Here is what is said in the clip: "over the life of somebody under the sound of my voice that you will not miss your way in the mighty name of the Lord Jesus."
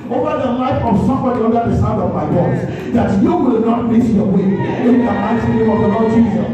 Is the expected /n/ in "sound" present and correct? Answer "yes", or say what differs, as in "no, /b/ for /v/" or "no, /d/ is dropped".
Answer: no, /n/ is dropped